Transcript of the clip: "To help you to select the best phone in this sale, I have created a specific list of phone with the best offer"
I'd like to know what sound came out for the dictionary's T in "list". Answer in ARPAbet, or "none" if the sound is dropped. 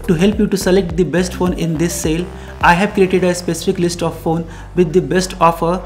T